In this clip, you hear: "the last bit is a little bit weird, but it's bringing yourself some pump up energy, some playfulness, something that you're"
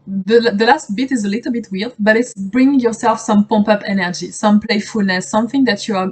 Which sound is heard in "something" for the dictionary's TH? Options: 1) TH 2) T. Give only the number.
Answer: 1